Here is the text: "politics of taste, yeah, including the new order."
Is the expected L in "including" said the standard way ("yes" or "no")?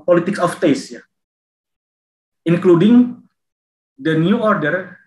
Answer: yes